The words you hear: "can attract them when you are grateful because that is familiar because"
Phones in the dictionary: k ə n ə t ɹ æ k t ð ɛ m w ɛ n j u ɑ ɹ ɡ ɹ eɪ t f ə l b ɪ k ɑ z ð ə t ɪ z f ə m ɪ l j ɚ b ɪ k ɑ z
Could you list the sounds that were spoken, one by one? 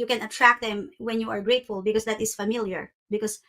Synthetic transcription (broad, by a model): k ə n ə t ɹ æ k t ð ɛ m w ɛ n j u ɑ ɹ ɡ ɹ eɪ t f ə l b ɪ k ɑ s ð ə t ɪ s f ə m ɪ l j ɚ b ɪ k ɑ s